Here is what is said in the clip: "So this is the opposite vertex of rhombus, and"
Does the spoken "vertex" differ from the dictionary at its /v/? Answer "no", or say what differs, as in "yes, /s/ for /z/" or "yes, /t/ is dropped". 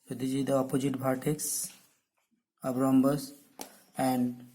yes, /b/ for /v/